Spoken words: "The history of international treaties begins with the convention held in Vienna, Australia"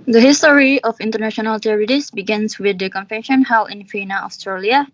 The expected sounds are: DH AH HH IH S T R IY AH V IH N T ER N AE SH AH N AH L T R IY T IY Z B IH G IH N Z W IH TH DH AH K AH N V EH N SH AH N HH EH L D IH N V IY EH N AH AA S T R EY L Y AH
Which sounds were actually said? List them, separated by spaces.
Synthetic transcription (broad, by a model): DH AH HH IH S T R IY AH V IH N T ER N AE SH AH N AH L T R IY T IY S B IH G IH N S W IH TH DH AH K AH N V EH N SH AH N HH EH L IH N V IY N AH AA S T R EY L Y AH